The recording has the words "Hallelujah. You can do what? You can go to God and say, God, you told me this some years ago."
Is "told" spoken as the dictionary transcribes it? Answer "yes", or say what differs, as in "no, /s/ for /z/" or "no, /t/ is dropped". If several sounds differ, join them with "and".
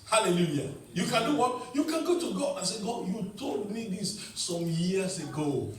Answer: no, /n/ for /l/